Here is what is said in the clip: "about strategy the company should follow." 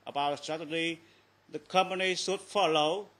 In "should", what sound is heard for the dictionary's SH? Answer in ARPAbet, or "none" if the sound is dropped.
S